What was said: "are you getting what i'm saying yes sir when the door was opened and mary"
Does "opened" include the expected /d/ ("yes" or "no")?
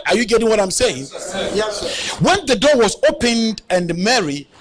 yes